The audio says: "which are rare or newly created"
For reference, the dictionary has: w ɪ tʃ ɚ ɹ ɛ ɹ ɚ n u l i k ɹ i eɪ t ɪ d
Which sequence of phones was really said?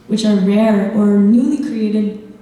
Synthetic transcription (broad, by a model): w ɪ tʃ ɚ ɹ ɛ ɹ ɚ n u l i k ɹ i eɪ t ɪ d